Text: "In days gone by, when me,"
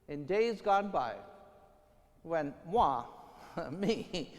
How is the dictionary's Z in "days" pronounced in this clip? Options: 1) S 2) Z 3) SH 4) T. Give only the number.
2